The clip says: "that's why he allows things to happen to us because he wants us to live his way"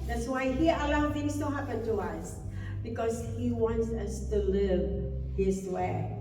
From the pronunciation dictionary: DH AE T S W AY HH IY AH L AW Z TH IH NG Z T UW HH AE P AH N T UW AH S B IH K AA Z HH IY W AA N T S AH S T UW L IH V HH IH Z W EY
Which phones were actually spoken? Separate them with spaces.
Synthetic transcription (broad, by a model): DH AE T S W AY HH IY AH L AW TH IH NG S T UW HH AE P AH N T UW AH S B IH K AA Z HH IY W AA N T S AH S T UW L IH V HH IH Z W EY